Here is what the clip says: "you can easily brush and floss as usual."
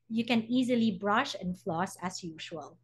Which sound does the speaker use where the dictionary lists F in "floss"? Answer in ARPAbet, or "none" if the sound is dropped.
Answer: F